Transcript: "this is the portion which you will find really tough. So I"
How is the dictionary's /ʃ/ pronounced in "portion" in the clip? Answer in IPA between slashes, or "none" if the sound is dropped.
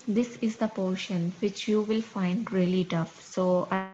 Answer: /ʃ/